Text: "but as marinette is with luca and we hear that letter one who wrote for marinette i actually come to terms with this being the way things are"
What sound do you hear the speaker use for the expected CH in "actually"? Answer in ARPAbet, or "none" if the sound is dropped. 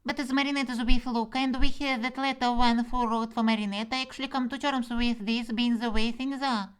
SH